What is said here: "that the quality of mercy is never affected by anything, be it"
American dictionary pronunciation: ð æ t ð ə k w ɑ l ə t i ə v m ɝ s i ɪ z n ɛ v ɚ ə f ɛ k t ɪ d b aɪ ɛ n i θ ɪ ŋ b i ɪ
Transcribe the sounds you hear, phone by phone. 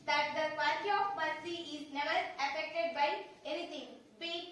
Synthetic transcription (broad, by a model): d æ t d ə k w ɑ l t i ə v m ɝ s i ɪ z n ɛ v ɚ ə f ɛ k t ɪ d b aɪ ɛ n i t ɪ ŋ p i